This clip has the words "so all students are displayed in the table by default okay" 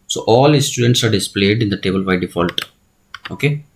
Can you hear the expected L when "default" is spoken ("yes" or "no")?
yes